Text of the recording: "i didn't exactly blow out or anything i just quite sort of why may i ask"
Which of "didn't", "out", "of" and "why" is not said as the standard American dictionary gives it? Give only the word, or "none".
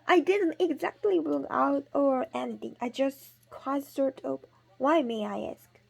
of